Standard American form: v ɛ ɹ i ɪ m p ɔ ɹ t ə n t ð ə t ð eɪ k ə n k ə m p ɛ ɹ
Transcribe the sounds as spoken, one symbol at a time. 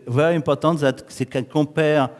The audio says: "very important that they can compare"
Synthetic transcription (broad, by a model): v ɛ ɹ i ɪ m p ɔ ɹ t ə t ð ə t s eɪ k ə k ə p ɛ ɹ